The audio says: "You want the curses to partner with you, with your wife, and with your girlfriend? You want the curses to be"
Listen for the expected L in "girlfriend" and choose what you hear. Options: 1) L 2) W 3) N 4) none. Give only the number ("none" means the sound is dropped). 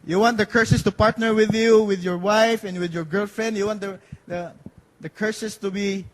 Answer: 1